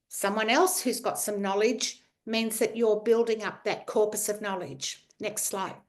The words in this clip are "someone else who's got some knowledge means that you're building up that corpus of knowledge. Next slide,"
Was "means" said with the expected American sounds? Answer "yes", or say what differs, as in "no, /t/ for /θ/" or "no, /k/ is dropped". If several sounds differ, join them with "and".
yes